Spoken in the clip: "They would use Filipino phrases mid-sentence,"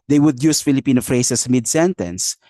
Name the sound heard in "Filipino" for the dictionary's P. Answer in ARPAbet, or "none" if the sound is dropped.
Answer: P